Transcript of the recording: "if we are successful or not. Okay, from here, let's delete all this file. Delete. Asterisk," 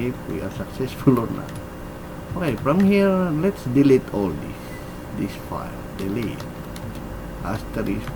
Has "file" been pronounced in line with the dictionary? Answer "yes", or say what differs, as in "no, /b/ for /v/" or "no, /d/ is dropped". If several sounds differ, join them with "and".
yes